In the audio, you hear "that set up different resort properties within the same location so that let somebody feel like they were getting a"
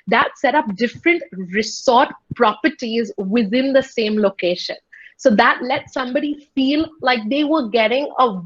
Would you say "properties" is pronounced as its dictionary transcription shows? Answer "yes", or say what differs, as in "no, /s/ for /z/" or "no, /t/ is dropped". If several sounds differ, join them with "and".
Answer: yes